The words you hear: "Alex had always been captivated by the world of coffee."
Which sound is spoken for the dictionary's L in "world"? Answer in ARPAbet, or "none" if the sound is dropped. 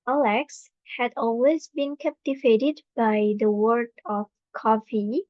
none